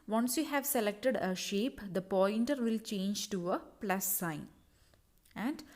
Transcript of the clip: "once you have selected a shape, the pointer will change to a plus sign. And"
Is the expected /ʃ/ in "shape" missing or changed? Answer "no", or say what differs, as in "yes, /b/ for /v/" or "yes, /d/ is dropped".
no